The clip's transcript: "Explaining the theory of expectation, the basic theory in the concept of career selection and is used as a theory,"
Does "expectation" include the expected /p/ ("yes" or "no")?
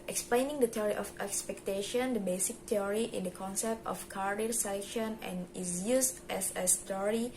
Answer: yes